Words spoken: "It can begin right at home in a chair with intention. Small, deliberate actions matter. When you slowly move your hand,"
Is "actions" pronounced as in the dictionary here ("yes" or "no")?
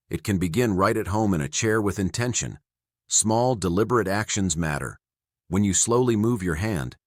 yes